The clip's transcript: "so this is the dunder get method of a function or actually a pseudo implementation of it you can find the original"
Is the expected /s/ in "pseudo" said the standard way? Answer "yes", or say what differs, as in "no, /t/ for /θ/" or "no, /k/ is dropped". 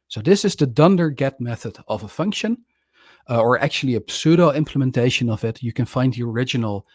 yes